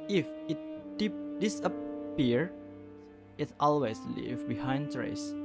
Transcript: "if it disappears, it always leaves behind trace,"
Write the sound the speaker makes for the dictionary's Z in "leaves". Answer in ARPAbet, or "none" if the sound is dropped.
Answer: none